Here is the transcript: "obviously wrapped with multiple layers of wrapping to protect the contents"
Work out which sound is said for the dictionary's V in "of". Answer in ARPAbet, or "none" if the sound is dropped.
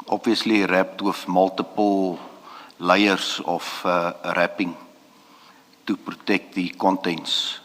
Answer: F